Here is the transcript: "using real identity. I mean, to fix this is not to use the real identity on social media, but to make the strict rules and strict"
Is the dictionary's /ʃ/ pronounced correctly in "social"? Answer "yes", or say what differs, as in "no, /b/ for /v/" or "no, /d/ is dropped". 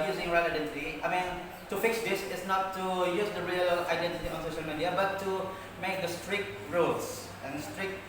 yes